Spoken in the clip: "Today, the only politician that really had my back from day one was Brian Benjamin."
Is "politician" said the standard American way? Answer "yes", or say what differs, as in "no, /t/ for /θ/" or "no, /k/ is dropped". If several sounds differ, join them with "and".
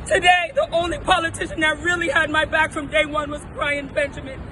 yes